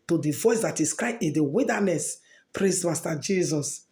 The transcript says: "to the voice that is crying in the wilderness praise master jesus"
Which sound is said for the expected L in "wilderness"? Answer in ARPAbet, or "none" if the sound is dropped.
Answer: none